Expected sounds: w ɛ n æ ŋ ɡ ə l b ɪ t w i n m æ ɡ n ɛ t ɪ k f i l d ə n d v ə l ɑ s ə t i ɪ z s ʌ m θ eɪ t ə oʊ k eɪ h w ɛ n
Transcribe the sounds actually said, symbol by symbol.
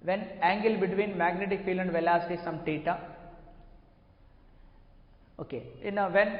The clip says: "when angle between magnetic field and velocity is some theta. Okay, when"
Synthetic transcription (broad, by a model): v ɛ n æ ŋ ɡ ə l b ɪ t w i n m æ ɡ n ɛ t ɪ k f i l ə n d v ə l ɑ s ə t i s ʌ m t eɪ t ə oʊ k eɪ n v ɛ n